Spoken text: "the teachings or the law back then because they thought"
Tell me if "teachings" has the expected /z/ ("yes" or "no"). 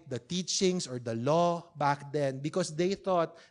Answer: no